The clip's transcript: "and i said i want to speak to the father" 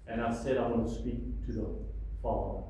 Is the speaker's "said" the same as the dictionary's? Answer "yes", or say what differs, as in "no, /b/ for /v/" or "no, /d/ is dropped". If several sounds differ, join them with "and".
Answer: yes